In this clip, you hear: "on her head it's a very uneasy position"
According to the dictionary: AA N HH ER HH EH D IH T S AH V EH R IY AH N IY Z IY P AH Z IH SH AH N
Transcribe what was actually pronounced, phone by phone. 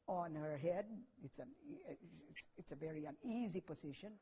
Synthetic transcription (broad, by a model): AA N HH ER HH EH D IH T S AH V EH R IY AH N IY Z IY P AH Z IH SH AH N